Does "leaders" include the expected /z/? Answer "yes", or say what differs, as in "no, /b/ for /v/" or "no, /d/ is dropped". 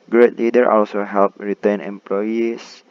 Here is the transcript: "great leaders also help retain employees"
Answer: no, /z/ is dropped